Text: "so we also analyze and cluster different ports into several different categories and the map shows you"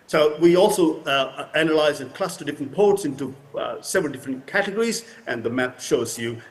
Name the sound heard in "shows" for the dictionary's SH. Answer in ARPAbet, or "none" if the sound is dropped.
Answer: SH